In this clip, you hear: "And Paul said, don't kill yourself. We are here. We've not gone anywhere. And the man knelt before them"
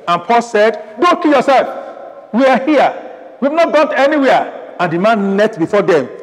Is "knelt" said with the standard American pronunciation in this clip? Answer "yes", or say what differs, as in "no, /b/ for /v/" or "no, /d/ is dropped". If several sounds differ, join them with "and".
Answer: no, /l/ is dropped